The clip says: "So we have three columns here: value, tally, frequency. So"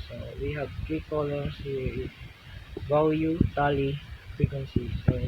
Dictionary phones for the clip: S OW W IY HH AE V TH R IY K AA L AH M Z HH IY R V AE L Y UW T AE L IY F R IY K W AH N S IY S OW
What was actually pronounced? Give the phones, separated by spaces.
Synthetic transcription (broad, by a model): S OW W IY HH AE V T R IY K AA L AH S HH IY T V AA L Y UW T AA L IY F R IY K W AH N S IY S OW